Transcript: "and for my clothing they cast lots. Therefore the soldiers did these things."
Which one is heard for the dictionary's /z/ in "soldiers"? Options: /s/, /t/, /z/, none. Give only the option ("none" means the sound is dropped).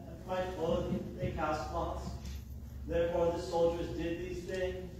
/z/